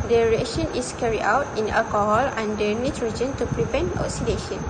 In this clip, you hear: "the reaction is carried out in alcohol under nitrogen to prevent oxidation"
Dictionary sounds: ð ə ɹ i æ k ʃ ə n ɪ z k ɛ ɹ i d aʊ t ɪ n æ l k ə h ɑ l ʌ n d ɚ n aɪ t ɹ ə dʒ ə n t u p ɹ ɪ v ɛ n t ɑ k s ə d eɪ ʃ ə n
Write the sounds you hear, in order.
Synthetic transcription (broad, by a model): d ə ɹ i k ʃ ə n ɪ s k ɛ ɹ i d aʊ t ɪ n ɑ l k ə h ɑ l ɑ n d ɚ n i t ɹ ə dʒ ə n t u p ɹ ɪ p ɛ n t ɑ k s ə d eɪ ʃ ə n